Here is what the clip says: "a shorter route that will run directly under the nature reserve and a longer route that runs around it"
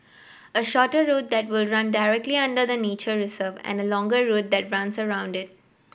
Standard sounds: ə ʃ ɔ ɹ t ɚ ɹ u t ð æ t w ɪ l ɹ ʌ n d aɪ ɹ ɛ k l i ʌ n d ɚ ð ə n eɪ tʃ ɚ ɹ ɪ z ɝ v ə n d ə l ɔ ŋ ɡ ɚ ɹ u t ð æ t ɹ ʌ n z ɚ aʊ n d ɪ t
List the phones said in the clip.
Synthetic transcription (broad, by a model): ə ʃ ɔ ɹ t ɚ ɹ u t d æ t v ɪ l ɹ ʌ n d aɪ ɹ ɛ k l i ʌ n d ɚ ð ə n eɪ tʃ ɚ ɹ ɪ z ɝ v ə n d ə l ɔ ŋ ɡ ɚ ɹ u t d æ t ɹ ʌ n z ɚ aʊ n d ɪ t